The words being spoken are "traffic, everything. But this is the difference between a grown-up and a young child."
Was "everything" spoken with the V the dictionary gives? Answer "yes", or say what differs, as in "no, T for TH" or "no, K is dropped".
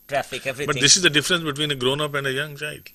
no, V is dropped